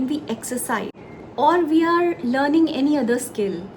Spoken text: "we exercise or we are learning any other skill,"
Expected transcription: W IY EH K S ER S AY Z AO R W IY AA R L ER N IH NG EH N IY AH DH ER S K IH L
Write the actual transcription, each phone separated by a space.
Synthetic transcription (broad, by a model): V IY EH K S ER S AY AO R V IY AA R L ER N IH NG EH N IY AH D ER S K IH L